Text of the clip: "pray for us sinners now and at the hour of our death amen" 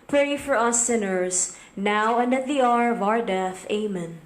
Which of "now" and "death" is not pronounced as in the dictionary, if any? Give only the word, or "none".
none